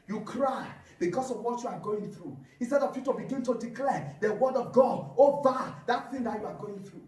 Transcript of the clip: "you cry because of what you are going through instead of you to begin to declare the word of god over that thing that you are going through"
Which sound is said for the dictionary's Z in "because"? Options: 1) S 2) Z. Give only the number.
1